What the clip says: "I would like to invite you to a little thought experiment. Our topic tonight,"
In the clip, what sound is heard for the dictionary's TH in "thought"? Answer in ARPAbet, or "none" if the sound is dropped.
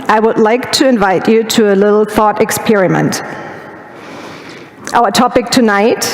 TH